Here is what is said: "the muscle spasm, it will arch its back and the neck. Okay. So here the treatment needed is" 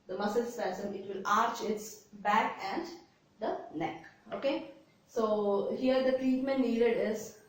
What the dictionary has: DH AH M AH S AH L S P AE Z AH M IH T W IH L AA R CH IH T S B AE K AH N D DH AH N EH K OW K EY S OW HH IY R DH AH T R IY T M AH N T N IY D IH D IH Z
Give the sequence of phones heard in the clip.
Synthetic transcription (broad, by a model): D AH M AH S AH L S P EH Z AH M IH T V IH L AA R CH IH T S B AE K AH N D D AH N EH K OW K EY S OW HH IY R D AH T R IY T M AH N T N IY D IH D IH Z